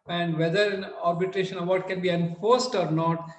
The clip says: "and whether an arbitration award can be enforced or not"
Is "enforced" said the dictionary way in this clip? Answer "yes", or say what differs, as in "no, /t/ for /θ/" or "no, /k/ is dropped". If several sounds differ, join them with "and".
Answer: yes